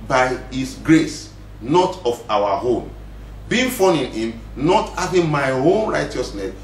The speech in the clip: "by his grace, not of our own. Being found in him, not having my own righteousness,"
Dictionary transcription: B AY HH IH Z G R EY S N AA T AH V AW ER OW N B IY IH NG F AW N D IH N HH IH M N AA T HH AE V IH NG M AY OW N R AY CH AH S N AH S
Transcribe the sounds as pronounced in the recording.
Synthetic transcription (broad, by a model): B AY HH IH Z G R EY S N AA T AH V AW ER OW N B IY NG F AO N IH N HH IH M N AA T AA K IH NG M AY OW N R AY CH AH S N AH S